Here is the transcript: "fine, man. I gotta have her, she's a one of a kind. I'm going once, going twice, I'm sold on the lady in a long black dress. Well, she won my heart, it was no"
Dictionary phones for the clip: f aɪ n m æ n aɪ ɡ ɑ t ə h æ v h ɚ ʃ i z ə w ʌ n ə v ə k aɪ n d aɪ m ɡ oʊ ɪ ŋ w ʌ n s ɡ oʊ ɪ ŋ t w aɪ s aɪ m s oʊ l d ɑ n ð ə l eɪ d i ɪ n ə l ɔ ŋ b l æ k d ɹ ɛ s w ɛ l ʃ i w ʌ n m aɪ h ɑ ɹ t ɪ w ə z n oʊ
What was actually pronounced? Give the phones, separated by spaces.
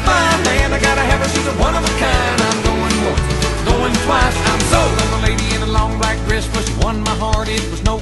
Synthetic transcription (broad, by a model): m aɪ m æ n aɪ ɡ ɑ t ə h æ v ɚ s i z ə w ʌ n ə v ə k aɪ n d aɪ m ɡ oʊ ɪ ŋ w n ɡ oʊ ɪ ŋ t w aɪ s aɪ m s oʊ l ɑ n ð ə l eɪ d i ɪ n ə l ɔ ŋ b l æ k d ɹ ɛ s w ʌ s w ʌ n m aɪ h ɑ ɹ t ɪ w ə z n oʊ